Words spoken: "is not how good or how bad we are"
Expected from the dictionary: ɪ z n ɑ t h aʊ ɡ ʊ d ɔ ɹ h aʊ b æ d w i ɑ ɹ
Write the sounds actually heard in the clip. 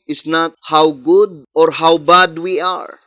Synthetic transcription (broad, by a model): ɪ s n ɑ t h aʊ ɡ ʊ d ɔ ɹ h aʊ b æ d w i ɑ ɹ